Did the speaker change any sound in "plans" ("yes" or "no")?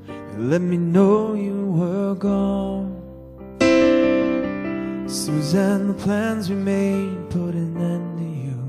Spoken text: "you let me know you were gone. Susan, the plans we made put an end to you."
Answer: no